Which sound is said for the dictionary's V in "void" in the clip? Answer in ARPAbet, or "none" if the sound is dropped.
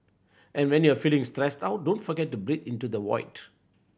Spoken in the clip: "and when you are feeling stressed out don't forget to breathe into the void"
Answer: W